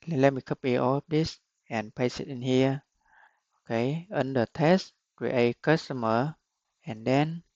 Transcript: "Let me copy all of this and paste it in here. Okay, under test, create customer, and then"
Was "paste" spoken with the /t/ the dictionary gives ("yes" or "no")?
no